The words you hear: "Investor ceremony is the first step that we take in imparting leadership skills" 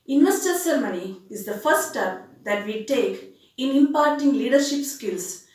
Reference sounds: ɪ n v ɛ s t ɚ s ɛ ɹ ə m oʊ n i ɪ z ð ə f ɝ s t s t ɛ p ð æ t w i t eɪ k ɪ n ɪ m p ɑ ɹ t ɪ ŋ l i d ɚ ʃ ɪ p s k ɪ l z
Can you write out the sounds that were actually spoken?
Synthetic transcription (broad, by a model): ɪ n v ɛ s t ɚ s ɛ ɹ m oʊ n i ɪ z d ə f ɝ t s t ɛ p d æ t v i t eɪ k ɪ n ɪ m p ɑ ɹ t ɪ ŋ l i d ɚ ʃ ɪ p s k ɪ l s